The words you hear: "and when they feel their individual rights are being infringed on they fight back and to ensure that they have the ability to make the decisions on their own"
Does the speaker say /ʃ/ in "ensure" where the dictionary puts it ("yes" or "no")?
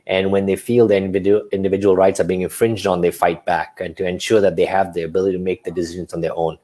yes